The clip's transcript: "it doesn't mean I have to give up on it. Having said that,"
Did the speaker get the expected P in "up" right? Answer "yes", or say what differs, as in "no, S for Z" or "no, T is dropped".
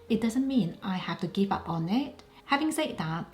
yes